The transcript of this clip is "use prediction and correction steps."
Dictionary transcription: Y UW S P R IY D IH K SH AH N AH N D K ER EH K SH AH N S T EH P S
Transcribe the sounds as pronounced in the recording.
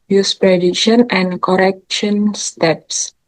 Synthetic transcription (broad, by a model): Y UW S P R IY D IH SH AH N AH N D K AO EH K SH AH N S T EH P S